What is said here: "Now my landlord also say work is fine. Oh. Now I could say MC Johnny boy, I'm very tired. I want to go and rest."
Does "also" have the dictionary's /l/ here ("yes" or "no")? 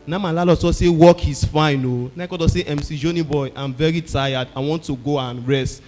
no